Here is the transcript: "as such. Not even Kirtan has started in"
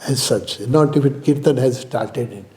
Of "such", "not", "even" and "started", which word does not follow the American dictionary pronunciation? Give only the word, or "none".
even